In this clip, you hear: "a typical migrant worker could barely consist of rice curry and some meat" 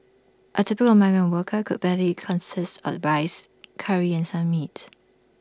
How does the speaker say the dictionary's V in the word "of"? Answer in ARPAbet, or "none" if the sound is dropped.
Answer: B